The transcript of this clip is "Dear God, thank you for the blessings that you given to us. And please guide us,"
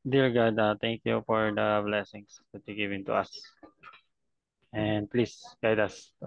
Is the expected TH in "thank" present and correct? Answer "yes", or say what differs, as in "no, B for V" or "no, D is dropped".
no, T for TH